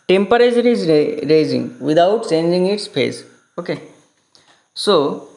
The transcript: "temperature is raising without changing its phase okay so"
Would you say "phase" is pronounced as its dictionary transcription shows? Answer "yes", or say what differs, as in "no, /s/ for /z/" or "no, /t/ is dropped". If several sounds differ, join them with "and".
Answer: no, /p/ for /f/